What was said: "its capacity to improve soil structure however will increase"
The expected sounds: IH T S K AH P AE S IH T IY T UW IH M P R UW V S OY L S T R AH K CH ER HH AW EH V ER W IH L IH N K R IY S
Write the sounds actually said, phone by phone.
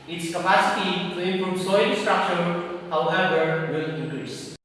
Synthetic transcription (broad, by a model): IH T S K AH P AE S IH T IY T UW IH M P R UW V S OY N S T R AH K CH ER HH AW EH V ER W IH L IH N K R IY S